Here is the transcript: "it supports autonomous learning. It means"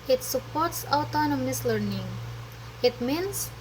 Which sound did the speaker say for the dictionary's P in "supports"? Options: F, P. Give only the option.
P